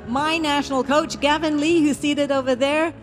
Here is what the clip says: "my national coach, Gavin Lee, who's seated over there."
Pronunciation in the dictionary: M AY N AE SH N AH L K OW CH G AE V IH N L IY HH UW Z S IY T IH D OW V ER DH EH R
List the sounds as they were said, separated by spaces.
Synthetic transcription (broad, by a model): M AY N AE SH N L K OW CH G AE V IH N L IY HH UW S IY T IH D OW V ER DH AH R